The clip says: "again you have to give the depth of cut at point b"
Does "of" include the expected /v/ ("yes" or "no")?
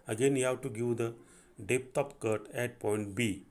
no